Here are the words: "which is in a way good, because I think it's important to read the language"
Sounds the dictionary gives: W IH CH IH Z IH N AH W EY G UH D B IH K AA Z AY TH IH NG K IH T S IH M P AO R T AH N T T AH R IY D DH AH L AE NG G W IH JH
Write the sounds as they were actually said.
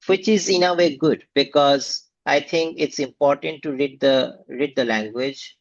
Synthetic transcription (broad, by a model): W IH CH IH Z IH N AH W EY G UH D B IH K AA Z AY T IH NG K IH T S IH M P AO R T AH N T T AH R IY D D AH L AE NG G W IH JH